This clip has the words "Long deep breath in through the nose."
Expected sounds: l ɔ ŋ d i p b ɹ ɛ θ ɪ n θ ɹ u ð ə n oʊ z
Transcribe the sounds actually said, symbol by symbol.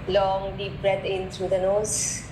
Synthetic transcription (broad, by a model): l ɔ ŋ d i p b ɹ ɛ t ɪ n t ɹ u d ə n oʊ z